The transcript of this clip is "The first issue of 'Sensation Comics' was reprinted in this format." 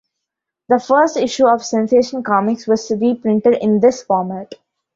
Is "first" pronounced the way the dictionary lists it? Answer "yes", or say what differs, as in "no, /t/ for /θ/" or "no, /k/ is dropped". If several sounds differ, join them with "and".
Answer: yes